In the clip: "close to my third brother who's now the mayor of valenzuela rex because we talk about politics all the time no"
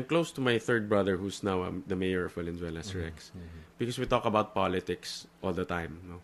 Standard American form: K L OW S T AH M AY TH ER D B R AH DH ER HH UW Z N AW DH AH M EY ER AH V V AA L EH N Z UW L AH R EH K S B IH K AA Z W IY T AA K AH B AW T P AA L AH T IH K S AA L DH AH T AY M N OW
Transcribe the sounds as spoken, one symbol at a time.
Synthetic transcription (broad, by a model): K L OW S T AH M AY TH ER D B R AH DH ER HH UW S N AW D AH M EY ER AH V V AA L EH N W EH L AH R EH K S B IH K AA S W IY T AA K AH B AW T P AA L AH T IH K S AA L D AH T AY M N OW